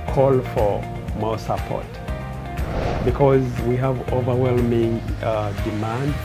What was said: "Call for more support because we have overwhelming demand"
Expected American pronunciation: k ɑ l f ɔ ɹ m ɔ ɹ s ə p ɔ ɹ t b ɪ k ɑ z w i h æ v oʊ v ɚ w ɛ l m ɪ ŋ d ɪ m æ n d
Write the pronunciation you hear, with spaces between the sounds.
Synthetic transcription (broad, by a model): k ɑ l f ɔ ɹ m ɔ s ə p ɔ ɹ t b ɪ k ɑ z w i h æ v oʊ v ɚ w ɛ l m ɪ ŋ d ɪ m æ n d